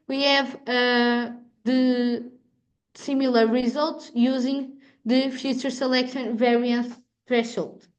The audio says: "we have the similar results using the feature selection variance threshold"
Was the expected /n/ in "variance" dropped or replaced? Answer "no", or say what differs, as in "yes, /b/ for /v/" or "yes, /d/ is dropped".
no